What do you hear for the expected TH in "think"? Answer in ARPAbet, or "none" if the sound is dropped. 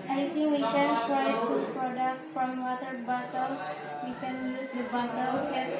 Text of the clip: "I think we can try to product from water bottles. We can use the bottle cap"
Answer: T